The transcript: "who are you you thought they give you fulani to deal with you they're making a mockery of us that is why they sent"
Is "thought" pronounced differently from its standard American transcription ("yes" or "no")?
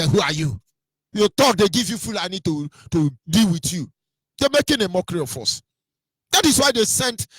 yes